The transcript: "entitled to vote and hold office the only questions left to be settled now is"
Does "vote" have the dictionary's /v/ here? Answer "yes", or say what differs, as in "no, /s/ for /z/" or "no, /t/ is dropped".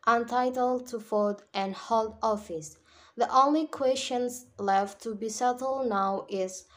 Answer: no, /f/ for /v/